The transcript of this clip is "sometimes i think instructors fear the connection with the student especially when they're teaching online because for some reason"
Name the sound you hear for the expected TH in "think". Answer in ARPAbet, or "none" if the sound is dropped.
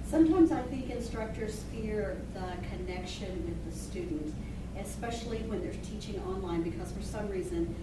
TH